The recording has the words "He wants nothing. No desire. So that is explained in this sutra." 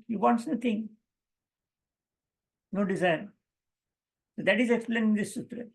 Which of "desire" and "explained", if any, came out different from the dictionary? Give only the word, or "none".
explained